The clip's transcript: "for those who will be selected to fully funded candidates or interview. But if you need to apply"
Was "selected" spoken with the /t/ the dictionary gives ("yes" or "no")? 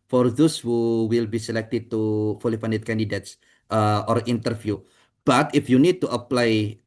yes